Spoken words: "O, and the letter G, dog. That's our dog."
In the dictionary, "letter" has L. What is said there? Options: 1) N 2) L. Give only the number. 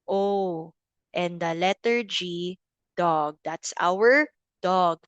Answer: 2